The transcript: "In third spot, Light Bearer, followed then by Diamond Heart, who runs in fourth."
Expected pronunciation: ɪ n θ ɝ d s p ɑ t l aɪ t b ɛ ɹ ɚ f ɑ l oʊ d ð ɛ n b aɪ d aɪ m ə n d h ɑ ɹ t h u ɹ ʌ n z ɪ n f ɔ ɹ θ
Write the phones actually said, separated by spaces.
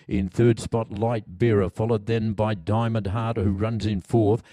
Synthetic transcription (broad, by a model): ɪ n θ ɝ d s p ɑ t l aɪ t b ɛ ɹ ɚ f ɑ l oʊ d ð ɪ n b aɪ d aɪ m ə n d h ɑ ɹ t h u ɹ ʌ n z ɪ n f ɔ ɹ θ